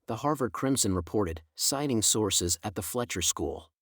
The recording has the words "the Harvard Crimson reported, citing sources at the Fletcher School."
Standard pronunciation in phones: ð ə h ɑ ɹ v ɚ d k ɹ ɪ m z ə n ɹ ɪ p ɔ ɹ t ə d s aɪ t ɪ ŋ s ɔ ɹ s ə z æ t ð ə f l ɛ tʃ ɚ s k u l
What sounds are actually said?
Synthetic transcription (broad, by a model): ð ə h ɑ ɹ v ɚ d k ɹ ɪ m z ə n ɹ ɪ p ɔ ɹ t ə d s aɪ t ɪ ŋ s ɔ ɹ s ə z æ t ð ə f l ɛ tʃ ɚ s k u l